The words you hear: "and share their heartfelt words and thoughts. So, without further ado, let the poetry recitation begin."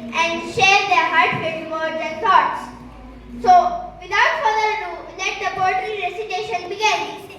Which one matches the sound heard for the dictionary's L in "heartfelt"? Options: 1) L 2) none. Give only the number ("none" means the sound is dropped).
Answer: 2